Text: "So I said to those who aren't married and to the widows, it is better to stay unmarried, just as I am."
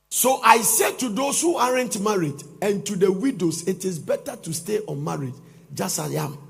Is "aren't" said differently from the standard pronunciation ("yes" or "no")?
no